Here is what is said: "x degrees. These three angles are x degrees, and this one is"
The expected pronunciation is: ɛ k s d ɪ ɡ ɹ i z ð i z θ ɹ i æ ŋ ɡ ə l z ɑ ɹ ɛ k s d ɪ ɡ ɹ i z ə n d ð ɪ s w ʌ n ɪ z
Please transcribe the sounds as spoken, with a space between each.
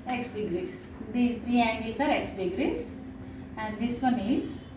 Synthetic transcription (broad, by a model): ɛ k s d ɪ ɡ ɹ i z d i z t ɹ i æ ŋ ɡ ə z ɑ ɹ ɛ k s d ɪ ɡ ɹ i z ə n d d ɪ s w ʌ n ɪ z